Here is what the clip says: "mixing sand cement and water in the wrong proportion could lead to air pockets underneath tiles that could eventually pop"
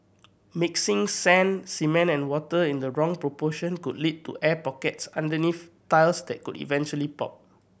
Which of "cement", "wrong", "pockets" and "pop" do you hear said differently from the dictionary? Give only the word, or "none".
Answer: cement